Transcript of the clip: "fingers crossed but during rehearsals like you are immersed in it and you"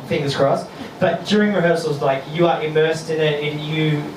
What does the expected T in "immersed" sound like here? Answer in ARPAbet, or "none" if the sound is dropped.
T